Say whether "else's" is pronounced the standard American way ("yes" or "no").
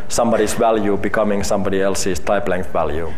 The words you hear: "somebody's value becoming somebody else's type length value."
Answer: no